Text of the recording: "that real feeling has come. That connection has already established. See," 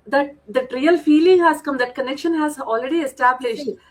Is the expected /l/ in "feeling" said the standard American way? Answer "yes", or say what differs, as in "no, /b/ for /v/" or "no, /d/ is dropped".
yes